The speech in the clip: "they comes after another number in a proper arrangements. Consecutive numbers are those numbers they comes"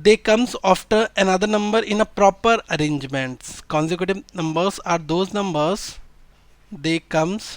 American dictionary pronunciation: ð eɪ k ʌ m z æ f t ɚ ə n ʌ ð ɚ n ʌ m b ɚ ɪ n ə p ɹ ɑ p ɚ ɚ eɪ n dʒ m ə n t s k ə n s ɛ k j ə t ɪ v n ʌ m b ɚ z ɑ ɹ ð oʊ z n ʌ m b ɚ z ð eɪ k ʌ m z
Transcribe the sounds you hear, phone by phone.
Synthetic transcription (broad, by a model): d eɪ k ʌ m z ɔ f t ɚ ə n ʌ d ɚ n ʌ m b ɚ ɪ n ə p ɹ ɑ p ɚ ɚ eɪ n dʒ m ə n t s k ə n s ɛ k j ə t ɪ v n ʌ m b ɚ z ɑ ɹ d oʊ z n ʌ m b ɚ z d eɪ k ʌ m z